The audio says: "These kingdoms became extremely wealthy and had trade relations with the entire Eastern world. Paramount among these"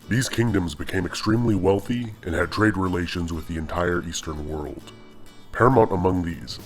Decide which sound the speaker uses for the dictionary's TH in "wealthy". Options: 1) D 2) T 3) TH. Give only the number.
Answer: 3